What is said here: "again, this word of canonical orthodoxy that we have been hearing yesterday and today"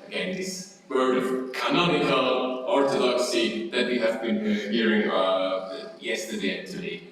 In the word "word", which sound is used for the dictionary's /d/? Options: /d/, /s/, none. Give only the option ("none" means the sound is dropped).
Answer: none